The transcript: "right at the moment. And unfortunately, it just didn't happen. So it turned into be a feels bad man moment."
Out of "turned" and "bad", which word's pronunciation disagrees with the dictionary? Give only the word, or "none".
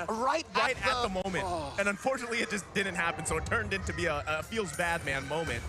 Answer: none